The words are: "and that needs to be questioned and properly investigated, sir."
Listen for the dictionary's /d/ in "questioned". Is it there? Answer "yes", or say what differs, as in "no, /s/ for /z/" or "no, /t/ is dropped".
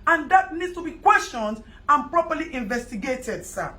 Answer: yes